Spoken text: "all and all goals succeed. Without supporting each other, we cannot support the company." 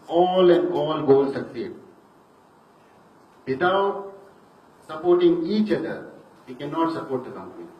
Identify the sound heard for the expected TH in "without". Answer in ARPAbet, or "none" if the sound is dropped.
T